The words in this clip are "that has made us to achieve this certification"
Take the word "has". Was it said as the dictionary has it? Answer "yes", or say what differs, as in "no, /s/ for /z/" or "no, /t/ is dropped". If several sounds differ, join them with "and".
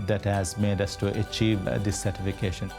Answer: yes